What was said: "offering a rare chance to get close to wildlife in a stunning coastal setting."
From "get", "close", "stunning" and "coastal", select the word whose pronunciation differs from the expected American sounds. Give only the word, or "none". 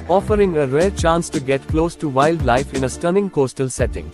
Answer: none